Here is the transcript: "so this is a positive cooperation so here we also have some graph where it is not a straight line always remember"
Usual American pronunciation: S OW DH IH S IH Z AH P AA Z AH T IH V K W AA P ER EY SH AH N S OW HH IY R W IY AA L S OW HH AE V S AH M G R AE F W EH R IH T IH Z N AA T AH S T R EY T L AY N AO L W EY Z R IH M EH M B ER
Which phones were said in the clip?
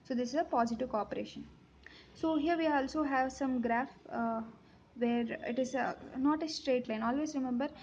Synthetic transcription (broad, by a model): S OW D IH S IH Z AH P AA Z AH T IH V K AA P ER EY SH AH N S OW HH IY R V IY AA L S OW HH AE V S AH M G R AE F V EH R IH T IH Z N AA T AH S T R EY T L AY N AO L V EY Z R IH M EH M B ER